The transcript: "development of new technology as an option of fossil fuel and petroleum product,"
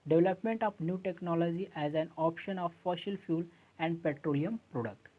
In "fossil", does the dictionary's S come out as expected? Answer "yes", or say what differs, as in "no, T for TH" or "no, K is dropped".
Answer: no, SH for S